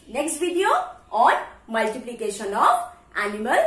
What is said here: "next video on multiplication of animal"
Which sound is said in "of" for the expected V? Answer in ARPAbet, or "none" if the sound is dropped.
P